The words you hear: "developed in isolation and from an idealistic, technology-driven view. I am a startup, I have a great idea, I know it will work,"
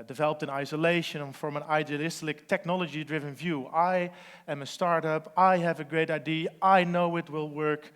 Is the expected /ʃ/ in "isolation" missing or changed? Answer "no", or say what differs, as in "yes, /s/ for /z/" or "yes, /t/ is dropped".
yes, /ʃ/ is dropped